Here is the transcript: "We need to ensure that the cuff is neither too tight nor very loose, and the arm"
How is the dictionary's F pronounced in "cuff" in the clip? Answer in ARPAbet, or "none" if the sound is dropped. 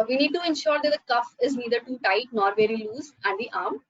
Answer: F